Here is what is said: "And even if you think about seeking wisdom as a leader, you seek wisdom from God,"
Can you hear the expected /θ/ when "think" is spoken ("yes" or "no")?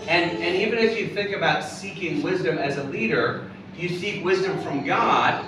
yes